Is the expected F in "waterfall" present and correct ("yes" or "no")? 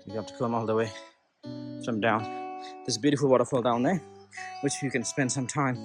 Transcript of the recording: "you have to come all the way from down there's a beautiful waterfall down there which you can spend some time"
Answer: yes